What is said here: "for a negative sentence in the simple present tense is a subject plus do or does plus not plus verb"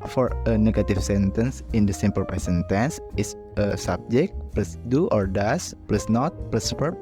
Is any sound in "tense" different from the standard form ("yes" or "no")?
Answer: no